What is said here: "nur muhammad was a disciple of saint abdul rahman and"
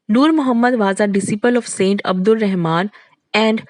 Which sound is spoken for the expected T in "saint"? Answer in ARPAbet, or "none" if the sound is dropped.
T